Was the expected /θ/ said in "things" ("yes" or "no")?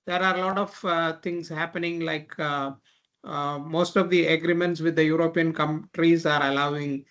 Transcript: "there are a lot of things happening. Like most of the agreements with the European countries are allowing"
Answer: no